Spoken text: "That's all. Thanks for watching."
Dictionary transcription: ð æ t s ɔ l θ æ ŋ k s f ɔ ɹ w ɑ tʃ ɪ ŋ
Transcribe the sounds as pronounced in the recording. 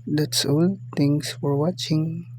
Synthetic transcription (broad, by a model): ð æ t s ɔ l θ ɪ ŋ s f ɔ ɹ w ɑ tʃ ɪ ŋ